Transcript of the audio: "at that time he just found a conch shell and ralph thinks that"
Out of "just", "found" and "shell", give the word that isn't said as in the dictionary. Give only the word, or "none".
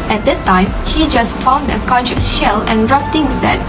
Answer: none